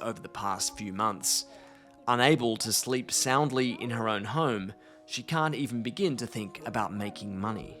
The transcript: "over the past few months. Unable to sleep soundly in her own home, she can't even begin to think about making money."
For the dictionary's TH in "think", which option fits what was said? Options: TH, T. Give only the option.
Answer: TH